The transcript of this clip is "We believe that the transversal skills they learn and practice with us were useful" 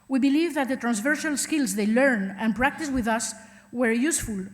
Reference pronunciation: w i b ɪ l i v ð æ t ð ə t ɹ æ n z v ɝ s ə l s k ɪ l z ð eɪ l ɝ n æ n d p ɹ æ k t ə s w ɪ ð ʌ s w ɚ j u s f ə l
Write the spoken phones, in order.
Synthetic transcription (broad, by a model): w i b ɪ l i v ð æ t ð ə t ɹ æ n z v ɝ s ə l s k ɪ l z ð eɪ l ɝ n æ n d p ɹ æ k t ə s w ɪ ð ʌ s w ɚ j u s f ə l